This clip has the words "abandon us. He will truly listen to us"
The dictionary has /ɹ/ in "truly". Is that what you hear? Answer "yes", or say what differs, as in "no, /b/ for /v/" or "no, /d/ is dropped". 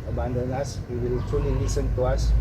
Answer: no, /ɹ/ is dropped